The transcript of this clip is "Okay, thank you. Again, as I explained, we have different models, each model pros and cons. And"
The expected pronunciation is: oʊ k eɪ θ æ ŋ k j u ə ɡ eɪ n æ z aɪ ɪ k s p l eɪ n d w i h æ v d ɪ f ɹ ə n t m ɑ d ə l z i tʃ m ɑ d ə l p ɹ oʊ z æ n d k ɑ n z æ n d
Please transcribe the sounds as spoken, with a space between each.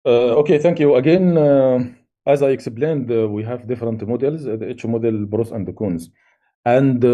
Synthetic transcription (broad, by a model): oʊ k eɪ θ æ ŋ k j u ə ɡ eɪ n æ z aɪ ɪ k s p l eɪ n d w i h æ v d ɪ f ɹ ə n t m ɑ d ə l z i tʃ m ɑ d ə l b ɹ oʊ s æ n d k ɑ n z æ n d